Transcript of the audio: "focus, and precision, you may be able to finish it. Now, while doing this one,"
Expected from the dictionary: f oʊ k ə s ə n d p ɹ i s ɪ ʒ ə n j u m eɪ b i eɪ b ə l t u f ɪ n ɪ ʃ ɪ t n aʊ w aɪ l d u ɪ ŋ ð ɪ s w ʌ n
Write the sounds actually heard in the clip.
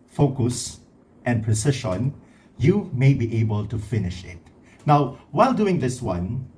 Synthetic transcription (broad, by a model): f oʊ k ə s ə n p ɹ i s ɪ ʃ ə n j u m eɪ b i eɪ b ə l t u f ɪ n ɪ ʃ ɪ t n aʊ w aɪ l d u ɪ ŋ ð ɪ s w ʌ n